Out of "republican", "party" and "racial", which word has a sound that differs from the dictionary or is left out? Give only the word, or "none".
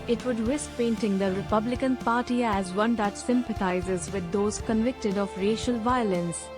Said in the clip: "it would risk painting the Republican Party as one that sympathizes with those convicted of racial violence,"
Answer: none